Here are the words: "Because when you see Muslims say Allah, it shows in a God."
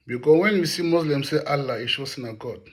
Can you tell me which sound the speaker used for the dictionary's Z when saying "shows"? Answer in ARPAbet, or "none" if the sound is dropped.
S